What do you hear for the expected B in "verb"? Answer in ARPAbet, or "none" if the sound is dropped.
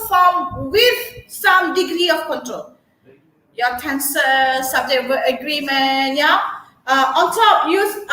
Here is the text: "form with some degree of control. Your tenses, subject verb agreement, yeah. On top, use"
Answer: none